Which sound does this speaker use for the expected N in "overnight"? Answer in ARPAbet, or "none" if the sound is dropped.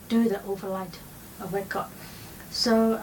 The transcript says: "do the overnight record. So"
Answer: L